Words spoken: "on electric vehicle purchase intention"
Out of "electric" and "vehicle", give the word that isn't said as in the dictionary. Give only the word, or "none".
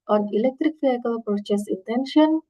vehicle